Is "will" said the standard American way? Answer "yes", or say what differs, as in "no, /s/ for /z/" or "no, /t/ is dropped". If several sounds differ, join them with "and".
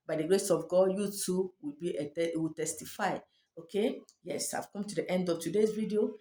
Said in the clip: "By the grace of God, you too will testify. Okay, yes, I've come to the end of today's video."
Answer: no, /w/ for /l/